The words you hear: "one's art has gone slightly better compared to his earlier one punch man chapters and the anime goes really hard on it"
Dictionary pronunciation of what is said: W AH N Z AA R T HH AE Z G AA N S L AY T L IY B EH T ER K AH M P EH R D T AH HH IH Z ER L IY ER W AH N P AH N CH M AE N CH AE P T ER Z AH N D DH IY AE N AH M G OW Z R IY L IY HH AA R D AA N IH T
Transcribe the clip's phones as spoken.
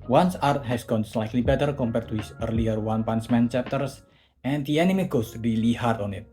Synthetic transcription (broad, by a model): W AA N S AA R T HH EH S G AA N S L AY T L IY B EH T ER K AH M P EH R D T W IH S ER L IY ER W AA N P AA N S M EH N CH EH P T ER S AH N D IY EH N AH M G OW S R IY L IY HH AA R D AA N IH T